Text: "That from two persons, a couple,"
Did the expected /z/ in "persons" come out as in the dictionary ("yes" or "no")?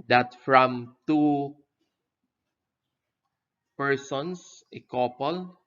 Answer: no